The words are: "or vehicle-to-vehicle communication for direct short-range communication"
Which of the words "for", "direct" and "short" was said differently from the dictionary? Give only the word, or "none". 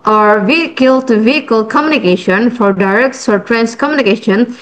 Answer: short